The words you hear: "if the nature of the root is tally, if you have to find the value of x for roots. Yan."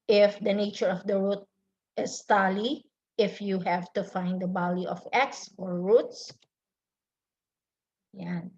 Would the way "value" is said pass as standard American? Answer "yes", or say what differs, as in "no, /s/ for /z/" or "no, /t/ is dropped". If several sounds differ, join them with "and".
no, /b/ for /v/